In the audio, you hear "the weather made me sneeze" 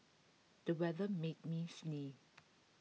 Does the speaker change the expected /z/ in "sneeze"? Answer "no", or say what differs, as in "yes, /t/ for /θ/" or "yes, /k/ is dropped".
yes, /z/ is dropped